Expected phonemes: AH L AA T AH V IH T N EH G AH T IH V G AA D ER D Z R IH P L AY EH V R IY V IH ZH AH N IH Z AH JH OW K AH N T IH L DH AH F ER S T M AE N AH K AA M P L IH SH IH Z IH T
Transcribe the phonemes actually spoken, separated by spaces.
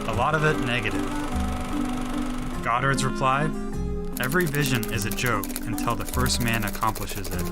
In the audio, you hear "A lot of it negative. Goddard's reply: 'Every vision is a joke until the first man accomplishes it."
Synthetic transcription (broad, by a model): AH L AA T AH V IH T N EH G AH T IH V G AA D ER D Z R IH P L AY EH V R IY V IH ZH AH N IH Z AH JH OW K AH N T IH L DH AH F ER S T M AE N AH K AA M P L IH SH IH Z IH T